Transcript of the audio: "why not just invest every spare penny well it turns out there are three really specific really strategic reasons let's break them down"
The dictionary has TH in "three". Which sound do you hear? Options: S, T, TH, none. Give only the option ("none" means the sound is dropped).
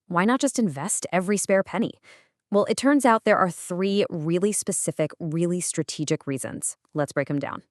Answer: TH